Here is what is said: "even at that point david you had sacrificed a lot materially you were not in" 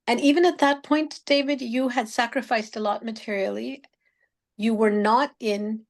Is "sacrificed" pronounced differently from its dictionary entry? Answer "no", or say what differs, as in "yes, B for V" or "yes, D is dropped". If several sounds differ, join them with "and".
no